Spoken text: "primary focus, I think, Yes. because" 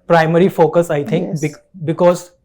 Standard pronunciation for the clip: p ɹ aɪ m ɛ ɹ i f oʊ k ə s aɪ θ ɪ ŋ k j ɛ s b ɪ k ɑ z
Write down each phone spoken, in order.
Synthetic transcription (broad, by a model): p ɹ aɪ m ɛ ɹ i f oʊ k ə s aɪ t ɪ ŋ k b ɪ b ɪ k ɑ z